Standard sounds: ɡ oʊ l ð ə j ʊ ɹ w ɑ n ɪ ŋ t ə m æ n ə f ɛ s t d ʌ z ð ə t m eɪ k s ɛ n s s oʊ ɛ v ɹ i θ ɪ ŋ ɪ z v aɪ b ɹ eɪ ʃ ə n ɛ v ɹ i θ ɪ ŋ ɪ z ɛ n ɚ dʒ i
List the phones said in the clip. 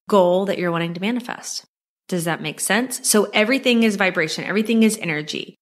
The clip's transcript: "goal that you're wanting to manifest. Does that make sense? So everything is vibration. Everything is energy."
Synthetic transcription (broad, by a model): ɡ oʊ l ð ə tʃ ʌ ɹ w ɑ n ɪ ŋ t ə m æ n ə f ɛ s t d ʌ z ð ə t m eɪ k s ɛ n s s oʊ ɛ v ɹ i θ ɪ ŋ ɪ z v aɪ b ɹ eɪ ʃ ə n ɛ v ɹ i θ ɪ ŋ ɪ z ɛ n ɚ dʒ i